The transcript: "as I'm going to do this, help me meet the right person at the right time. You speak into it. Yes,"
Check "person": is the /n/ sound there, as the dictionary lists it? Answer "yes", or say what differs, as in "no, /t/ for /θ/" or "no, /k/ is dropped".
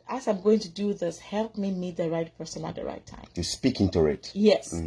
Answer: yes